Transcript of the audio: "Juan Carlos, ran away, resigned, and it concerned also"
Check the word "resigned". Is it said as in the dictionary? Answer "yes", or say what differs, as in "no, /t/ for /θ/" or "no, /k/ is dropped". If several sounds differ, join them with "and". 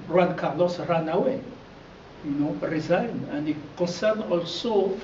no, /d/ is dropped